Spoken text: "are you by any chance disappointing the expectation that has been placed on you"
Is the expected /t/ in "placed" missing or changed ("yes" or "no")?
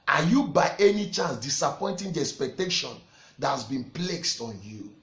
no